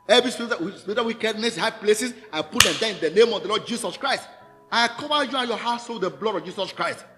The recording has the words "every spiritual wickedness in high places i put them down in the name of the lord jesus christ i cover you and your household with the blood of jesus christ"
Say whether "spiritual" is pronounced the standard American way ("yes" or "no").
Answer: no